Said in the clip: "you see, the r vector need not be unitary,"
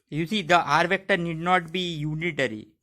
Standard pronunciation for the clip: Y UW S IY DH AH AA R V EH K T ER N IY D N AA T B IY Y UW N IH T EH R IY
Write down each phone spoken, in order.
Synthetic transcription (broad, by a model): Y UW S IY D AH AA R V EH K T ER N IY D N AA T B IY Y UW N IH T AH R IY